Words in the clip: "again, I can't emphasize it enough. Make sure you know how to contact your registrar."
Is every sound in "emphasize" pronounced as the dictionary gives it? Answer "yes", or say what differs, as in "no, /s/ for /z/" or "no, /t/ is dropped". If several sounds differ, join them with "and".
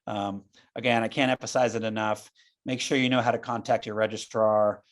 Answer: yes